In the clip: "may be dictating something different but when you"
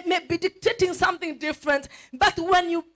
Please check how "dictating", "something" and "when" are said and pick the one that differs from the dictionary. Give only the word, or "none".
none